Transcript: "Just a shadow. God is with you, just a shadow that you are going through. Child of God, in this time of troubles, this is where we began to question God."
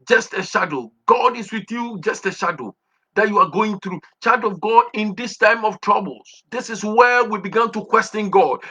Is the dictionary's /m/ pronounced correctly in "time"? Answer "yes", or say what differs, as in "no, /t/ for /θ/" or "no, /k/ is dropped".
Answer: yes